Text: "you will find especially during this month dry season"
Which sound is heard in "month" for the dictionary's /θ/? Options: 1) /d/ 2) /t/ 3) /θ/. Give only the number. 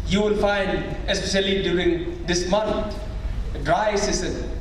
2